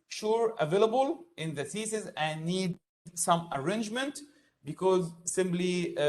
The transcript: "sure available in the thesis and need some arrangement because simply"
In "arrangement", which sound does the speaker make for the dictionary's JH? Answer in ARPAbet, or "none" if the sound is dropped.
JH